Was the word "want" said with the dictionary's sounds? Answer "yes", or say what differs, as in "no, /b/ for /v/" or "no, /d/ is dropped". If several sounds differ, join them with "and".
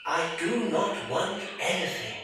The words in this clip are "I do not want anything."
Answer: yes